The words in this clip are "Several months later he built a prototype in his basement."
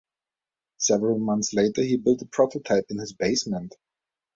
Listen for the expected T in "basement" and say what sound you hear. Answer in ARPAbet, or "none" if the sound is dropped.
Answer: T